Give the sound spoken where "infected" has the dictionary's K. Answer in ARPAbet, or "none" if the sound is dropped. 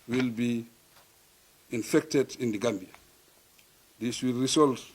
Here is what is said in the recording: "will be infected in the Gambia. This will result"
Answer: K